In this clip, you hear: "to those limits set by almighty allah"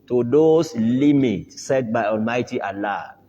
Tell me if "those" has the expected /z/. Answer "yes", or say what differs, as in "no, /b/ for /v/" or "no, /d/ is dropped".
no, /s/ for /z/